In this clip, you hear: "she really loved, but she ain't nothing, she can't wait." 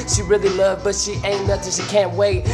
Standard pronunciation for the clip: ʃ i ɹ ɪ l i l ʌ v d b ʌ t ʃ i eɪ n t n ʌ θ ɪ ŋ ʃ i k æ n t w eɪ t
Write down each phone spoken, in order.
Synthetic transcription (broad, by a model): ʃ i ɹ ɪ l i l ʌ v b ʌ t ʃ i eɪ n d ʌ t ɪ ʃ i k æ n t w eɪ t